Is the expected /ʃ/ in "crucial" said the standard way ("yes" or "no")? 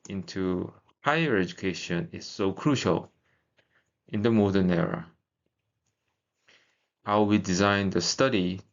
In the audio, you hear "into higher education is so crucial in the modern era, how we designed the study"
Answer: yes